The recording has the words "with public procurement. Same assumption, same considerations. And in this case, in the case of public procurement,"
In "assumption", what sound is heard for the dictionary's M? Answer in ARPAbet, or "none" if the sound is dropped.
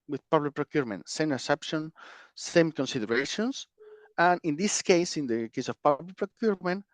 none